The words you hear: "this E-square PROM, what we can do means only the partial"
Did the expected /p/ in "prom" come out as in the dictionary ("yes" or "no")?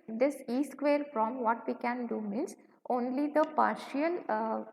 no